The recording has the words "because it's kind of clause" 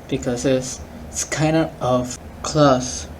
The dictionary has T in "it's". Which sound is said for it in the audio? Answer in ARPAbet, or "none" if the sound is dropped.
S